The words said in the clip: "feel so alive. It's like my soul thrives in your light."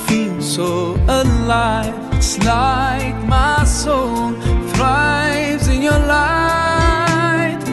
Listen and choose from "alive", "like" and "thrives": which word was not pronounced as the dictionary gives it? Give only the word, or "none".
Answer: alive